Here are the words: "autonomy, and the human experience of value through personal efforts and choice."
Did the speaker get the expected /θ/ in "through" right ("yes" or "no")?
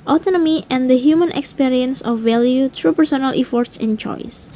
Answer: no